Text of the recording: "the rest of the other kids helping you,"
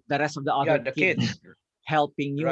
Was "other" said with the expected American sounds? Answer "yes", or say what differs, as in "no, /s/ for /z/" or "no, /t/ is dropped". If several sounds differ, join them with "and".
no, /ð/ is dropped